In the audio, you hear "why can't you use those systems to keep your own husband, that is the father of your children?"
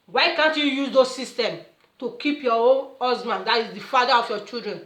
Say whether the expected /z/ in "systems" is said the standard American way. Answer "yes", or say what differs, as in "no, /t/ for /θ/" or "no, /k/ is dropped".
no, /z/ is dropped